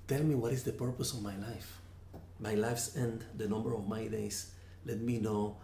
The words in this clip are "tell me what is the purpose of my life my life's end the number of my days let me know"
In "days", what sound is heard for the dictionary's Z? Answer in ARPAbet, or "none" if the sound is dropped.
S